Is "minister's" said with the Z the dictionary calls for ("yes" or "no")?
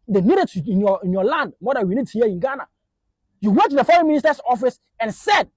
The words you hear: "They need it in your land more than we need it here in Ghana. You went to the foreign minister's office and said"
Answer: no